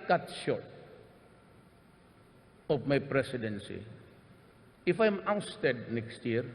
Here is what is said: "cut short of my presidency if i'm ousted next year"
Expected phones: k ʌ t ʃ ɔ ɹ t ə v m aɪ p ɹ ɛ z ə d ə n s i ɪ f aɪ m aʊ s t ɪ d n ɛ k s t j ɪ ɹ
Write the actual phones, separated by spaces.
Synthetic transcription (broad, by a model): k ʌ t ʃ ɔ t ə p m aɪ p ɹ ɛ s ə d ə n s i ɪ f aɪ m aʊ s t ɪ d n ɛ k s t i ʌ ɹ